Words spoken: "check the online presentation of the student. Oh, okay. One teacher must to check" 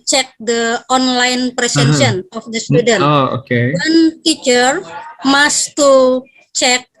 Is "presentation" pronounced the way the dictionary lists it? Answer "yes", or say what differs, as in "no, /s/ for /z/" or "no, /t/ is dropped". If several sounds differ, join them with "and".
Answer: no, /s/ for /z/ and /s/ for /t/ and /ʃ/ is dropped